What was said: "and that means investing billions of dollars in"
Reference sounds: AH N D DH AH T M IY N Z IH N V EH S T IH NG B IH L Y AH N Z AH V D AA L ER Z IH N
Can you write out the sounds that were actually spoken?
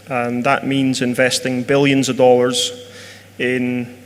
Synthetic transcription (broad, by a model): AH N DH AH T M IY N Z IH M V EH S T IH NG B IH L Y AH N Z AH V D AA L ER Z IH N